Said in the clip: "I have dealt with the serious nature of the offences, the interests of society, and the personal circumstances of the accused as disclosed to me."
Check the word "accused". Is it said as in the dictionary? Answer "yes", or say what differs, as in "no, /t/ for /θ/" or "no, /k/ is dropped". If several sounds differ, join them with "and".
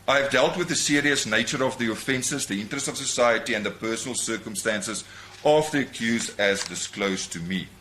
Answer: no, /d/ is dropped